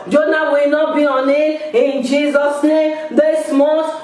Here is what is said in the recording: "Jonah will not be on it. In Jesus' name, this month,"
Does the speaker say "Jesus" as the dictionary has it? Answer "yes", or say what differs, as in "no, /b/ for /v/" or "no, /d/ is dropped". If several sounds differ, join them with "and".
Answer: yes